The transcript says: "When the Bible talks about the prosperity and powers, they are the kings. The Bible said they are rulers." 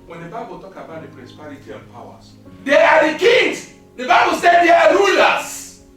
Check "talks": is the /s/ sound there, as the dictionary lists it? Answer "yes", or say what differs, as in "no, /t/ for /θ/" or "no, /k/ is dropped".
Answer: no, /s/ is dropped